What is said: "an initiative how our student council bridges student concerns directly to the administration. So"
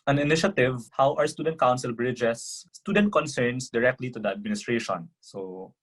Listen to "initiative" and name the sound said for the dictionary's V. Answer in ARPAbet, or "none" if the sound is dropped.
V